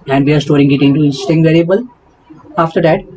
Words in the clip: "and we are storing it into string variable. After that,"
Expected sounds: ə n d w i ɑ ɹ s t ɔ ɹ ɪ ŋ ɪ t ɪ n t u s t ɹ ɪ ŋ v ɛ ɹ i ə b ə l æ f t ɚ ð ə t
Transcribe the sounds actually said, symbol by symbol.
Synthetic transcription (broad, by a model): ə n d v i ɑ ɹ s t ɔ ɹ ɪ ŋ ɪ t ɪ n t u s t ɪ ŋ v ɛ ɹ i ə b ə l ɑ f t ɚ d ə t